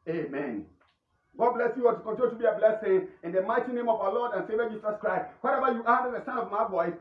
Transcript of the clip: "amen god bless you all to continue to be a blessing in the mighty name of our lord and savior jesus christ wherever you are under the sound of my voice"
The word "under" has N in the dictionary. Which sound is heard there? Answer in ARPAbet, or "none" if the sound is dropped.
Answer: none